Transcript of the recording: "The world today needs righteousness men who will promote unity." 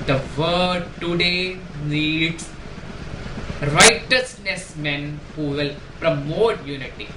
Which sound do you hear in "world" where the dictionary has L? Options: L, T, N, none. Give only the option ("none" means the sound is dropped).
none